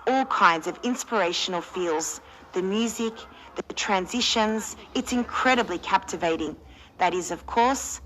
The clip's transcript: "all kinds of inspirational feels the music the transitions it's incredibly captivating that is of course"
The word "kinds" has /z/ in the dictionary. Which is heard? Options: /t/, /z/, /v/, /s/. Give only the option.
/z/